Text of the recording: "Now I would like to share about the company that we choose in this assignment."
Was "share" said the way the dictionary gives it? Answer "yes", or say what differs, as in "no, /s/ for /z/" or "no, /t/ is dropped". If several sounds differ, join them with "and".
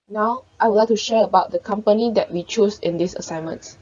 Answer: yes